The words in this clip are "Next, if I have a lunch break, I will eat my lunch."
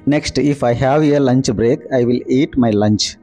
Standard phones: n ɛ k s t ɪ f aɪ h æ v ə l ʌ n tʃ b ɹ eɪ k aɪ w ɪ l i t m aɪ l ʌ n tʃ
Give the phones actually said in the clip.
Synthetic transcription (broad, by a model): n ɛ k s t ɪ f aɪ h æ v ə l ʌ n tʃ b ɹ eɪ k aɪ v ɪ l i t m aɪ l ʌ n tʃ